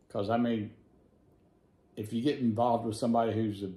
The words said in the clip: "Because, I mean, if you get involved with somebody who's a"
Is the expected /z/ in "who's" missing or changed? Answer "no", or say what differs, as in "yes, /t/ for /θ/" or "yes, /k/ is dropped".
no